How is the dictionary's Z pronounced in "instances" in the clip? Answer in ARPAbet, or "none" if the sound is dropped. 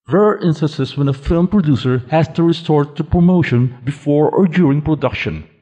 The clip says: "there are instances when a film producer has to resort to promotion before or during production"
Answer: S